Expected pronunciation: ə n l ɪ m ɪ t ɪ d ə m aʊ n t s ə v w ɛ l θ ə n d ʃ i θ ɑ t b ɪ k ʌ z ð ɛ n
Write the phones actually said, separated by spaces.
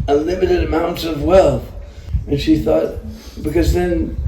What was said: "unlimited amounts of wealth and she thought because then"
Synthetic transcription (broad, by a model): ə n l ɪ m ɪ t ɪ d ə m aʊ n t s ə v w ɛ l θ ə n ʃ i θ ɑ t b ɪ k ʌ z ð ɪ n